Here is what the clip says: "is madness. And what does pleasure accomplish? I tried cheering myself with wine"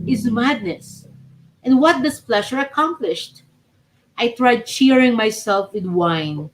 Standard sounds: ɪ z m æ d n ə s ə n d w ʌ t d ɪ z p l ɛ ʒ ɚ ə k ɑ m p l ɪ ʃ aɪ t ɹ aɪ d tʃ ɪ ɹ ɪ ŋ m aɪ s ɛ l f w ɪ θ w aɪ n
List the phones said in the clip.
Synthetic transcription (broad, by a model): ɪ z m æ d n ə s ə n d w ʌ t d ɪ s p l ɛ ʃ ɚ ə k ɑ m p l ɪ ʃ aɪ t ɹ aɪ d tʃ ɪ ɹ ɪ ŋ m aɪ s ɛ l f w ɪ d w aɪ n